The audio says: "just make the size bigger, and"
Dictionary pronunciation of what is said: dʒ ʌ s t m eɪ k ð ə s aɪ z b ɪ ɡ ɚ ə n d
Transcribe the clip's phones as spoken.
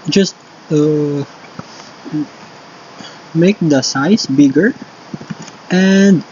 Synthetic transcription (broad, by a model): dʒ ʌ s t m eɪ k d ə s aɪ s b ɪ ɡ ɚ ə n d